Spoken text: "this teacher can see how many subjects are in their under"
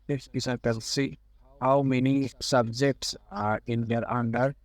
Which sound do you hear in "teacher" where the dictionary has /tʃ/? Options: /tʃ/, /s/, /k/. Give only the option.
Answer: /s/